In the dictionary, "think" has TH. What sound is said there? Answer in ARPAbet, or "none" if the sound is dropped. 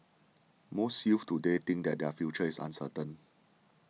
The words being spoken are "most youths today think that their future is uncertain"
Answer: T